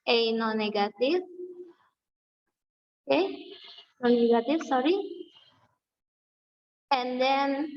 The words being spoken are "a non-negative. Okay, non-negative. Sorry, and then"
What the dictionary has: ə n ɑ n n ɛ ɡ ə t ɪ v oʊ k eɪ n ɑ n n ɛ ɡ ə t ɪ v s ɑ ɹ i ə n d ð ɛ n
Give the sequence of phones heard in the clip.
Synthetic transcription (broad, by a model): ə n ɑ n n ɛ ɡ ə t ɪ f oʊ k eɪ n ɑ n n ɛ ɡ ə t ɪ f s ɑ ɹ i ə n d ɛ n